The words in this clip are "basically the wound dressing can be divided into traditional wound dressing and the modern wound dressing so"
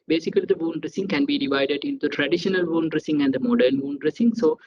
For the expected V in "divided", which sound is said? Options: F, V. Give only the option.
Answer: V